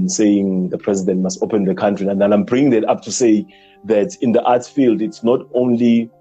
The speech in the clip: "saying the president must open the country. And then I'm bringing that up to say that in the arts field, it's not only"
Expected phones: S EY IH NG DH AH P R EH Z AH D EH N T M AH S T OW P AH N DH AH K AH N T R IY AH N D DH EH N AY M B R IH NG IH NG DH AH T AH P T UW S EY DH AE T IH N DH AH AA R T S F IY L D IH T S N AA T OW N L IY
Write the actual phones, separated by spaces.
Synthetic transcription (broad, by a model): S EY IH NG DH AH P R EH Z AH D EH N T M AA S T OW P AH N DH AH K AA N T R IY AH N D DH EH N AY M B R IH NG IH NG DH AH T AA P T UW S EY DH AE T IH N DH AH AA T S F IY L D IH T S N AA T OW N L IY